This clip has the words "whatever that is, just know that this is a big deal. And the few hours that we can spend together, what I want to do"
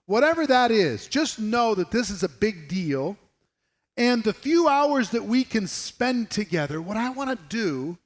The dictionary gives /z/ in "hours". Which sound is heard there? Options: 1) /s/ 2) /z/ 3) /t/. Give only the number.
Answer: 2